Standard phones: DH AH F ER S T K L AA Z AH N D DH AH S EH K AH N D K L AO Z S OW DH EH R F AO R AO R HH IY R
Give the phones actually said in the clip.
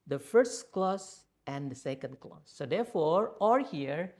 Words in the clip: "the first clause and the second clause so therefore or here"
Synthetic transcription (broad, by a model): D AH F ER S T K L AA S AH N D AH S EH K AH N D K L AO S OW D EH R F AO R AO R HH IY R